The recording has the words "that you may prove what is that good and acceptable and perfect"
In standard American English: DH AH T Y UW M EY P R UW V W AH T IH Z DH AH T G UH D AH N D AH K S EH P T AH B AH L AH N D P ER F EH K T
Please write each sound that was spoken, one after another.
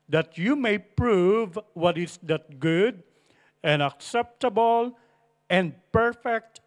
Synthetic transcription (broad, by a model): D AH T Y UW M EY P R UW V W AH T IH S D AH T G UH D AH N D AH K S EH P T AH B AH L AH N D P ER F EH K T